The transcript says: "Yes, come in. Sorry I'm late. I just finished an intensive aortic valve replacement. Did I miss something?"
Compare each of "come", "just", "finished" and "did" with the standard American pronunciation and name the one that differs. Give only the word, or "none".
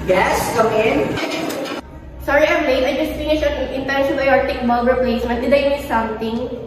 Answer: finished